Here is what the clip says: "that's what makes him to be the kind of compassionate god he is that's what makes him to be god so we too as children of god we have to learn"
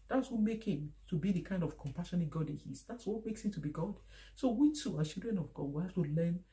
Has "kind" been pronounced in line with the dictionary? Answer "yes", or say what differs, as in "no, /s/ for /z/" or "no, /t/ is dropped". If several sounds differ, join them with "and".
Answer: yes